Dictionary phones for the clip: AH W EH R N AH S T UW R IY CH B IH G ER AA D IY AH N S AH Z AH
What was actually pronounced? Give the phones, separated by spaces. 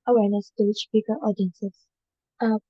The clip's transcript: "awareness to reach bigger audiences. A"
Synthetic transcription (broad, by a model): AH W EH R N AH S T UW W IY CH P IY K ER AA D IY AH N S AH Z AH